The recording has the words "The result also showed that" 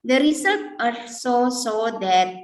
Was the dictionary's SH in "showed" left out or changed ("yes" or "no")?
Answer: yes